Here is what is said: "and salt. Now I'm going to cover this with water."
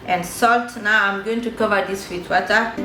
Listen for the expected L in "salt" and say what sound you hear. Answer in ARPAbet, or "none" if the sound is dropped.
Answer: L